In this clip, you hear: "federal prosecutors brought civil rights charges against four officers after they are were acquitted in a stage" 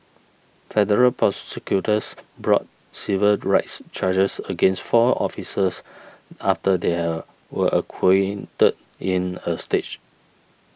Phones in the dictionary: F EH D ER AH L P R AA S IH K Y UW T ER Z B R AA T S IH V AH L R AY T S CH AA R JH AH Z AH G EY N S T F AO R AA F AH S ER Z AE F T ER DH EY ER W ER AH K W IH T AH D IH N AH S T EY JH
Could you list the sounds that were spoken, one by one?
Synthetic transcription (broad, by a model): F EH D ER AH L P R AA S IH K Y UW T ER S B R AA T S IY V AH L R AY T S CH AA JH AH S AH G EY N S T F AO AA F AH S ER S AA F T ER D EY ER W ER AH K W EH T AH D IH N AH S T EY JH